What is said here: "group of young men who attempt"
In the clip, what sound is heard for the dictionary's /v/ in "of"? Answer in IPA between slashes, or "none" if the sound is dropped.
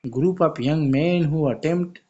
/p/